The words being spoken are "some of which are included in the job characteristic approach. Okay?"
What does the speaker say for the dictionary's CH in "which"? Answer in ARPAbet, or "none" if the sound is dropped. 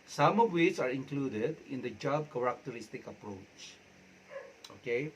S